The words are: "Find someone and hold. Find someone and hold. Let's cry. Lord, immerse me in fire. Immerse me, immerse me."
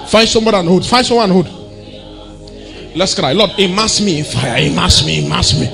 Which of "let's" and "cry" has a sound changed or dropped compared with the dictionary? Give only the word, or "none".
none